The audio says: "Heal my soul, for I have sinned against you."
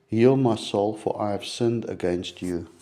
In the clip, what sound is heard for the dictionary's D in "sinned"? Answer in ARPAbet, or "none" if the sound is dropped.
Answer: D